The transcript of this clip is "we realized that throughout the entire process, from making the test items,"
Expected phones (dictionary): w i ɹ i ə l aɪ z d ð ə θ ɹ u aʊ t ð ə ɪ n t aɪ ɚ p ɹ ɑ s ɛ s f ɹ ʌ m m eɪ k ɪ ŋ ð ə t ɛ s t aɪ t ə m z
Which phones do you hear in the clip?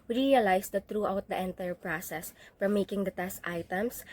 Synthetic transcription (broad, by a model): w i ɹ i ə l aɪ s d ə t ɹ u aʊ t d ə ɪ n t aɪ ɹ p ɹ ɑ s ɛ s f ɹ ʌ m m eɪ k ɪ ŋ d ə t ɛ s t aɪ t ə m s